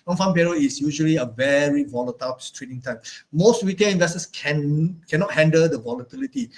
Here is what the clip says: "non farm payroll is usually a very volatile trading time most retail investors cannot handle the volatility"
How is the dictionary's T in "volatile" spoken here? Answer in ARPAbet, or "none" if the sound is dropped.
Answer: T